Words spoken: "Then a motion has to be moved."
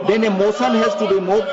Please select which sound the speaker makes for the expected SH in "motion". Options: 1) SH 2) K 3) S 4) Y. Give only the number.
3